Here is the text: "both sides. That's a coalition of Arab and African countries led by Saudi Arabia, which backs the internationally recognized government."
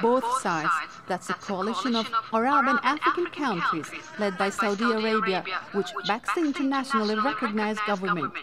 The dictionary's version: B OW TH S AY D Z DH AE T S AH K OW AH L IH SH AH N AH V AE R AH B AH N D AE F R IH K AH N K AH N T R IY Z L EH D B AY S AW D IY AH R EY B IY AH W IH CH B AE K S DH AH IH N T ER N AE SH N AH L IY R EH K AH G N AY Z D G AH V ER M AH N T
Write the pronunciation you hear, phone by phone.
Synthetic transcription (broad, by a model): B OW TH S AY D Z DH AE T S AH K OW AH L IH SH AH N AH V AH R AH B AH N AE F R IH K AH N K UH N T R IY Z L EH D B AY S AW D IY AH R EY B IY AH W IH CH B AE K S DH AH IH N T ER N AE SH N AH L IY R EH K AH G N AY Z G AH V ER M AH N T